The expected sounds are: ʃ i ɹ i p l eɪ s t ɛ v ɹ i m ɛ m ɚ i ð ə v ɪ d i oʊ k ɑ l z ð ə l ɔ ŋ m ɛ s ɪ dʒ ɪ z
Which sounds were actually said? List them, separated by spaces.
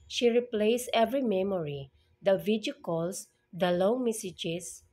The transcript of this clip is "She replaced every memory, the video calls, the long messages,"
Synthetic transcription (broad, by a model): ʃ i ɹ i p l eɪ s ɛ v ɹ i m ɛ m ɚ i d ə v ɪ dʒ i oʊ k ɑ l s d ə l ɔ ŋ m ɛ s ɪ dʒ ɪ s